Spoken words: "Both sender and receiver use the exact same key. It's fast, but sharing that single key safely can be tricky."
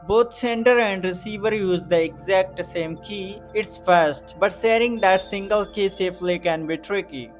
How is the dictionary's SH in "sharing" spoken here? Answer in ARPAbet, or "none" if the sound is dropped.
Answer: S